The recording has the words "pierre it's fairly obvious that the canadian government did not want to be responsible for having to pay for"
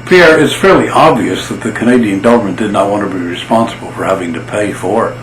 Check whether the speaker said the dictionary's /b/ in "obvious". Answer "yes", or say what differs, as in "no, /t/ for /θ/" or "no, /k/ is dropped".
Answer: yes